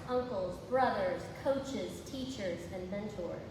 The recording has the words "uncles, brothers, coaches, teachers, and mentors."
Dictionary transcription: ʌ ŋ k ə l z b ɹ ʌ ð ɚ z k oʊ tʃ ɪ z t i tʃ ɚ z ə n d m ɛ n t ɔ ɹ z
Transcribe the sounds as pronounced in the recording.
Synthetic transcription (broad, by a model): ʌ ŋ k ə l z b ɹ ʌ ð ɚ z k oʊ tʃ ɪ z t i tʃ ɚ z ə n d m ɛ n t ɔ ɹ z